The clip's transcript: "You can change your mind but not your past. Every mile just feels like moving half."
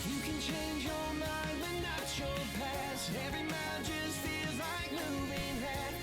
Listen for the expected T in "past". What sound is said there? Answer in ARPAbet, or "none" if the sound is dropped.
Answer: none